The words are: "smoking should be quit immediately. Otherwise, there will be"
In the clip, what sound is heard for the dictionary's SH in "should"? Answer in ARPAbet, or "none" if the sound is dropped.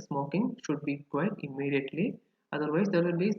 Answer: SH